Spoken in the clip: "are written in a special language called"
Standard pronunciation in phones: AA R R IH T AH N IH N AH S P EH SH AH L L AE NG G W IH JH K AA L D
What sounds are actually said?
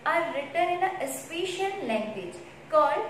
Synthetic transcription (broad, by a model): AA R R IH T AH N IH N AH S P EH SH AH N L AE NG G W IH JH K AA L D